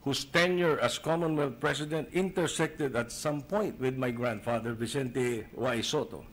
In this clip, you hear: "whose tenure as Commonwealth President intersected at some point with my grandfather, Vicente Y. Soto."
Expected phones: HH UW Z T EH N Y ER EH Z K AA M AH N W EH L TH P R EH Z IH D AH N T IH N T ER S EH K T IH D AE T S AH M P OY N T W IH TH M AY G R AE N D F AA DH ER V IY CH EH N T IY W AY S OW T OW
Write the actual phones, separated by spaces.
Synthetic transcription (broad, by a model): HH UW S T EH N Y ER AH S K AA M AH N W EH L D P R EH S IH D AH N T IH N T ER S EH K T IH D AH T S AH M P OY N T W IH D M AY G R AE N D F AA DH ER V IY S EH N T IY W AY S OW T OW